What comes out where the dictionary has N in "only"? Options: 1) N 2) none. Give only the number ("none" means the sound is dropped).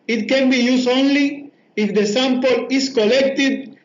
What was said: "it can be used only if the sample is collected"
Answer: 1